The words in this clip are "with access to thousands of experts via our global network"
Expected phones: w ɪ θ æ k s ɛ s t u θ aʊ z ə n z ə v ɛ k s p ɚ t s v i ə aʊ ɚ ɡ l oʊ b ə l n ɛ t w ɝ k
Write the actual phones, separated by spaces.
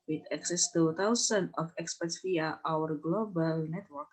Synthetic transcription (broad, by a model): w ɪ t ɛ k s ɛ s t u t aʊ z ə n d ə f ɛ k s p ɚ t s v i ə aʊ ɚ ɡ l oʊ b ə l n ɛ t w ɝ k